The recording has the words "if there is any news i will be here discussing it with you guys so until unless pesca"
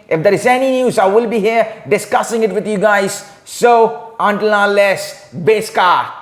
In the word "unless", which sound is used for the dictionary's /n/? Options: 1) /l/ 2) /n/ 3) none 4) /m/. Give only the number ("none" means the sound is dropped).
3